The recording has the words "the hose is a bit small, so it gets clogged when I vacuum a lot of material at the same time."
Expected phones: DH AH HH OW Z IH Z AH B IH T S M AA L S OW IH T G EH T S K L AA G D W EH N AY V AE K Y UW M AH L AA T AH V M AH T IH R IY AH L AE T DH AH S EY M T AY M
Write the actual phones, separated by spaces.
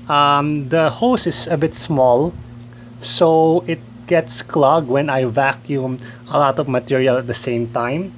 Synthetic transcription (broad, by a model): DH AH HH OW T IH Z AH B IH T S M AA L S OW IH T G EH T S K L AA G W EH N AY V AE K Y UW M AH L AA T AH V M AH T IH R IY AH L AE T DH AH S EY M T AY M